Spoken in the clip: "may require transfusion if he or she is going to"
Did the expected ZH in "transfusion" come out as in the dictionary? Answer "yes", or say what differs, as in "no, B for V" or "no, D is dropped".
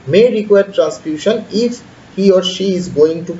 no, SH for ZH